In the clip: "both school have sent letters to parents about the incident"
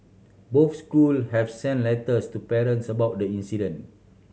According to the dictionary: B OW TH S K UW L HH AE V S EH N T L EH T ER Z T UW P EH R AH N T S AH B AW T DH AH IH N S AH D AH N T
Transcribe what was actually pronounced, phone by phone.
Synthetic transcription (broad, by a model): B OW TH S K UW L HH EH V S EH N L EH T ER S T UW P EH R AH N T S AH B AW T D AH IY N S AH D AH N